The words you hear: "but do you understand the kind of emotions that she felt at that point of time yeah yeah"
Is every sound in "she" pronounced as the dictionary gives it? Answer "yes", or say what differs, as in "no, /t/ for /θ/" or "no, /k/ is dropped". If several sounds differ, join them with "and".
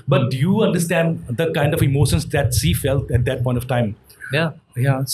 no, /s/ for /ʃ/